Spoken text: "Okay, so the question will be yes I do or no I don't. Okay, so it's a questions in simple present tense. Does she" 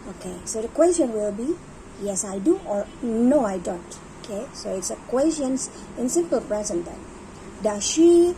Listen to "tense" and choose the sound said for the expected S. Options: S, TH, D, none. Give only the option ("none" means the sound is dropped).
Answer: none